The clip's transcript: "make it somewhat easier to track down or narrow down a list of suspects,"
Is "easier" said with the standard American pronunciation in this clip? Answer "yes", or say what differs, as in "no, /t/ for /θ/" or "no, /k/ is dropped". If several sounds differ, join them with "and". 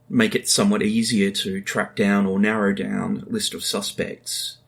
yes